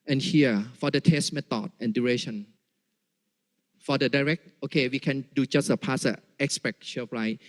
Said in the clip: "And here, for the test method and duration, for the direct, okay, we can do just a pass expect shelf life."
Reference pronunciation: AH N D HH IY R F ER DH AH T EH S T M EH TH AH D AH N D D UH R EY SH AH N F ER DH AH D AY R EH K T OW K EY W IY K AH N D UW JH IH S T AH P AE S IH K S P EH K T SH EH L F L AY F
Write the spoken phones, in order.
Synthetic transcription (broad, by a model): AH N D HH IY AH F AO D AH T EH S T M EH T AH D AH N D D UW R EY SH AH N F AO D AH D AY R EH K T OW K EY W IY K AH N D UW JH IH S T AH P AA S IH K S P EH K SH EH F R AY